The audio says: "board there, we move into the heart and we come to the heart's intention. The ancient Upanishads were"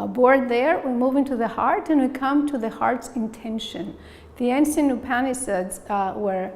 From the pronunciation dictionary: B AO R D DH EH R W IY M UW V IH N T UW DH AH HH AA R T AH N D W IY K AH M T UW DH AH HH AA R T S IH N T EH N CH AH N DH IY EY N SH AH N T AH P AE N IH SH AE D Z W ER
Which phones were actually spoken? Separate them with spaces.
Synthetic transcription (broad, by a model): B AO R D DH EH R W IY M UW V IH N T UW DH AH HH AA R T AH N W IY K AH M T UW DH AH HH AA R T S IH N T EH N SH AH N DH IY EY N S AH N AH P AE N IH S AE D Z W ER